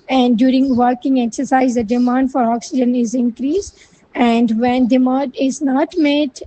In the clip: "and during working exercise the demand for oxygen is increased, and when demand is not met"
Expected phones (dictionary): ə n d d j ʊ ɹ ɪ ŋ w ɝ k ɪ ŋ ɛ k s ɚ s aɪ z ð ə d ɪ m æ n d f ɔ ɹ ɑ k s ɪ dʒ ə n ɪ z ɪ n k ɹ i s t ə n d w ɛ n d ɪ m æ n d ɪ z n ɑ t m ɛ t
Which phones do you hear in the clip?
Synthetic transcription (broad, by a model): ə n d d j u ɹ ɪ ŋ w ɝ k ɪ ŋ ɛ k s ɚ s aɪ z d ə d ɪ m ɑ n d f ɔ ɹ ɑ k s ɪ dʒ ə n ɪ z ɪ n k ɹ i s ə n d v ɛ n d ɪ m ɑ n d ɪ z n ɑ t m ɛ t